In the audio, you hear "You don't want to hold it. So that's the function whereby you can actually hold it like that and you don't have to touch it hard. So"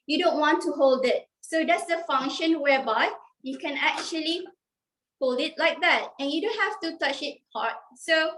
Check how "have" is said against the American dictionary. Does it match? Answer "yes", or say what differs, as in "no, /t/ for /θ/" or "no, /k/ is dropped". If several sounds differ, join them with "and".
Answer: no, /f/ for /v/